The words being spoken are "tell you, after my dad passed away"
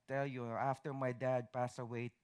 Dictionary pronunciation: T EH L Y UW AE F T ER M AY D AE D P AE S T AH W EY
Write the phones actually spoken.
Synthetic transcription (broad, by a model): T EH L Y UW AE F T ER M AY D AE D P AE S AH W EY